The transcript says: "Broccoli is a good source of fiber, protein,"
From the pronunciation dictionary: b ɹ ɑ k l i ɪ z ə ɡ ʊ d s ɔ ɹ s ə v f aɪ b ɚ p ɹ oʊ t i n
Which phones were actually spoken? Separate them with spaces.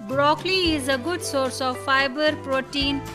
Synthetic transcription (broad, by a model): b ɹ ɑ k l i ɪ z ə ɡ ʊ d s ɔ ɹ s ə v f aɪ b ɚ p ɹ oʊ t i n